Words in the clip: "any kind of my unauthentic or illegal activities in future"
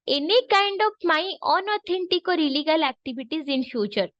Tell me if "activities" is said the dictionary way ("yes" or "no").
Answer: no